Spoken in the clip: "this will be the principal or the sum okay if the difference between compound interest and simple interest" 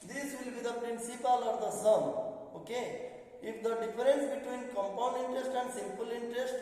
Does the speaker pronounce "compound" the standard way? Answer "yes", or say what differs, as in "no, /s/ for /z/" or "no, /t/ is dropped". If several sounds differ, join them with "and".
yes